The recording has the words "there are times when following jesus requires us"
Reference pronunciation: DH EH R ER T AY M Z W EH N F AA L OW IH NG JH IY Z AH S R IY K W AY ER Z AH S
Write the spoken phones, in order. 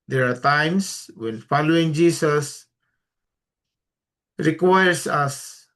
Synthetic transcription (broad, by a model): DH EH R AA T AY M S W EH N F AA L OW IH NG JH IY S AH S R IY K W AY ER S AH S